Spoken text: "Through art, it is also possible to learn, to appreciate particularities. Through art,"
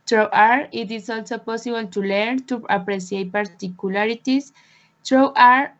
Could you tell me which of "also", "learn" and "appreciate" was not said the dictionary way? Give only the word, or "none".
appreciate